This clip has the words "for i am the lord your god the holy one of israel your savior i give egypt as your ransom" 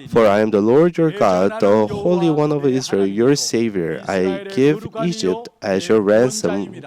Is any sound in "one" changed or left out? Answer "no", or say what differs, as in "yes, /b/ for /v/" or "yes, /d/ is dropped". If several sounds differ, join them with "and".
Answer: no